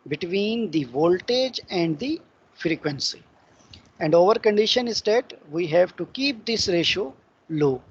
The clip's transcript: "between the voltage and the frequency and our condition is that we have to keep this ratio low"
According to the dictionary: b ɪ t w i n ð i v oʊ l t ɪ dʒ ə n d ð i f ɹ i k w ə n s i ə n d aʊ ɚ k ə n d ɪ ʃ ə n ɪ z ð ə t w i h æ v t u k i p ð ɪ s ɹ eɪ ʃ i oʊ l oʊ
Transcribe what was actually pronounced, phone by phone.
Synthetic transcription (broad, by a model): b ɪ t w i n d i v oʊ l t ɪ dʒ ə n d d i f ɹ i k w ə n s i ə n d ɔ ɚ k ə n d ɪ ʃ ə n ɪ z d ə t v i h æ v t u k i p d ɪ s ɹ eɪ ʃ oʊ l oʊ